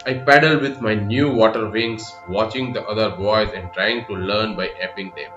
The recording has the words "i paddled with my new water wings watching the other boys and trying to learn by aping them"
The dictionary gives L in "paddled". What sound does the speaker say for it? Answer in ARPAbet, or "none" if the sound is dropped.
L